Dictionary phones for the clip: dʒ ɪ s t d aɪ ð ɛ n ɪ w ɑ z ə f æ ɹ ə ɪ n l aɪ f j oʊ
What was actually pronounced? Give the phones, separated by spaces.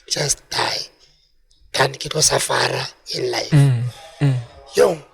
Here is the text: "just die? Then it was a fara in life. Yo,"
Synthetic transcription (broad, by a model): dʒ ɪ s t d aɪ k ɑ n ɪ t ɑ s ə f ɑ ɹ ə ɪ n l aɪ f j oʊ